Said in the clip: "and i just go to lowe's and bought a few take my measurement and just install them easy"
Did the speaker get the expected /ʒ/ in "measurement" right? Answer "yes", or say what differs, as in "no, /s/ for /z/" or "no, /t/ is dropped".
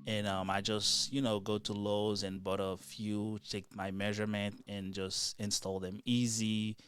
yes